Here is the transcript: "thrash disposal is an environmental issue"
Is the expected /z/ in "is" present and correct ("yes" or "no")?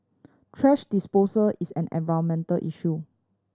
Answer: no